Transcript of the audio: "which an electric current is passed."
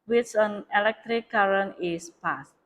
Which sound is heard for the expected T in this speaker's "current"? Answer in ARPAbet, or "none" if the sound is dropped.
none